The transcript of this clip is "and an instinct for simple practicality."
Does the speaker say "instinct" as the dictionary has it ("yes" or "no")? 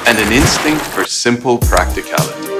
yes